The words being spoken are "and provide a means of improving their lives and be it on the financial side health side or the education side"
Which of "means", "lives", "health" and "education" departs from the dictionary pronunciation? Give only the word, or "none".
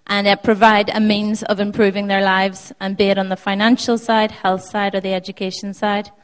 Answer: none